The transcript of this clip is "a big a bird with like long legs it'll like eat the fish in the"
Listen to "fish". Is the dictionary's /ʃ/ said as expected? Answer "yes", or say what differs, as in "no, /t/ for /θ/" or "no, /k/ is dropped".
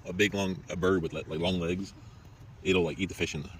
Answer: yes